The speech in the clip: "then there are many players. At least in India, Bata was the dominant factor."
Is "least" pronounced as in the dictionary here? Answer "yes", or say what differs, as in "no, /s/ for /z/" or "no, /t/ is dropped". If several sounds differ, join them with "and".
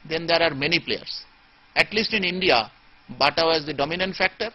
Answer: yes